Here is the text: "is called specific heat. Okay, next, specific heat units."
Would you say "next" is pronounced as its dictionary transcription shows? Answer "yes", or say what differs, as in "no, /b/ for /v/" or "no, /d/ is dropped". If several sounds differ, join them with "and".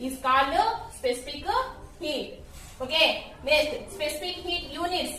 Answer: no, /k/ is dropped